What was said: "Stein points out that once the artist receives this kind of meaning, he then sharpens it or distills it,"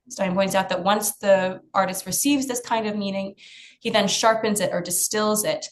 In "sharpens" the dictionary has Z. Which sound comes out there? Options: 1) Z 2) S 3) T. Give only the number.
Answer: 1